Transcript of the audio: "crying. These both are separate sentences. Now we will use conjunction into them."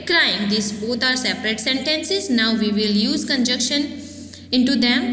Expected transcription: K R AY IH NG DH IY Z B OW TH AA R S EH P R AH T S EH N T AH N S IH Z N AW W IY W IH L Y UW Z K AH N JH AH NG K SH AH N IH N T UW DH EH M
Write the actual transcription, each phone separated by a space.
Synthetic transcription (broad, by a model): K R AY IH NG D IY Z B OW T AA R S EH P R AH T S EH N T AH N S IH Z N AW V IY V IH L Y UW Z K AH N JH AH K SH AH N IH N T UW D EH M